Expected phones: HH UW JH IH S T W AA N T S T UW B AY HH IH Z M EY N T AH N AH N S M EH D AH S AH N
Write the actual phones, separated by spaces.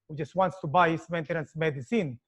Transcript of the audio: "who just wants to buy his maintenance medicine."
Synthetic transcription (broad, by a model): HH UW JH IH S T W AA N T S T UW B AY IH S M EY N T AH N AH N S M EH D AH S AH N